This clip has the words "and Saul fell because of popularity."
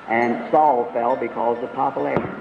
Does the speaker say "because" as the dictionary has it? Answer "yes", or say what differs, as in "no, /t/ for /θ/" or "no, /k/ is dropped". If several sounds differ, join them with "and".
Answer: yes